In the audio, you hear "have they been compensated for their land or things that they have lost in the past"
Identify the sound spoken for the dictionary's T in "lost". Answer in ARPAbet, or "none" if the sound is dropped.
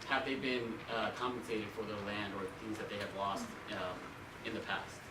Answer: T